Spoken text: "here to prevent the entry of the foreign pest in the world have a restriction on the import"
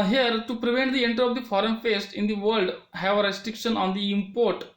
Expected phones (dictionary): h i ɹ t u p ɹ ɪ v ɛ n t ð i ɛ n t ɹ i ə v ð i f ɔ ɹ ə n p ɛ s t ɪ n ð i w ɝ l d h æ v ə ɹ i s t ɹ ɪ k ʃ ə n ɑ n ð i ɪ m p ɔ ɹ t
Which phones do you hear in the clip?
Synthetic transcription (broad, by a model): h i ɹ t u p ɹ ɪ v ɛ n t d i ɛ n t ɹ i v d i f ɔ ɹ ə n f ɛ s t ɪ n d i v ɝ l d h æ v ə ɹ i s t ɹ ɪ k ʃ ə n ɑ n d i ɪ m p ɔ ɹ t